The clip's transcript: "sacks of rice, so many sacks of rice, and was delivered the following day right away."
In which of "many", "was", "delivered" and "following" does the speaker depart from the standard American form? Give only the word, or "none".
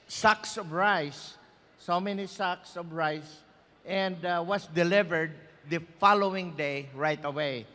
was